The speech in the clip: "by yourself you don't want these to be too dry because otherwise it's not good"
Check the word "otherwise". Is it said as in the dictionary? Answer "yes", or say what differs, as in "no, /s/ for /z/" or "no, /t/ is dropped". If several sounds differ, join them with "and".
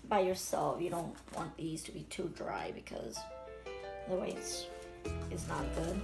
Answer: no, /z/ is dropped